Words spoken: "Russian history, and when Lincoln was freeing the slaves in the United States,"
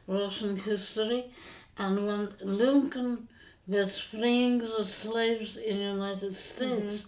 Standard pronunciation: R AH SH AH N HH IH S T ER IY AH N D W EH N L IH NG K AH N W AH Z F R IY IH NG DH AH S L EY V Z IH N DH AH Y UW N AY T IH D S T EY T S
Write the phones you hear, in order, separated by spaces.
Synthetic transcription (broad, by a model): R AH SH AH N HH IH S T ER IY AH N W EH N L IH NG K AH N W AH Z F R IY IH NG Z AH S L EY V Z IH N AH Y UW N AY T IH D S T EY T S